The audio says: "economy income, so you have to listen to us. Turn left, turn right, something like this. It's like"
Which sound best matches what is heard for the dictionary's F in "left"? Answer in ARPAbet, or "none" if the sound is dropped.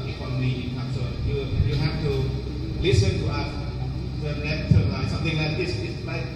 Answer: none